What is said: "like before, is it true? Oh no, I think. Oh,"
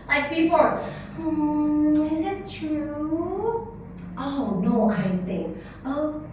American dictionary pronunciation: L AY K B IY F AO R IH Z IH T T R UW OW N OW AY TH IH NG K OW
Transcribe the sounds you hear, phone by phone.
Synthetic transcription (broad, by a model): L AY K B IY F AO R IH Z IH T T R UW OW N OW AY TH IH NG K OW